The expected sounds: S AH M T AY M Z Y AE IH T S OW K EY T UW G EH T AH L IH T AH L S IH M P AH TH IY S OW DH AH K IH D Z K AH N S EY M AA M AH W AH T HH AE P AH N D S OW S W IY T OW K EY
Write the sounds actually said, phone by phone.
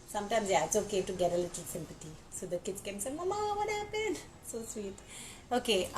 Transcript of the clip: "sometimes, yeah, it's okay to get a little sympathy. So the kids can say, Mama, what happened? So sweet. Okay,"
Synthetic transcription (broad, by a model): S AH M T AY M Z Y IH T S OW K EY T UW G EH T AH L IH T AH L S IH M P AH T IY S OW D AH K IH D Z K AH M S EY M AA M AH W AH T HH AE P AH N S OW S W IY T OW K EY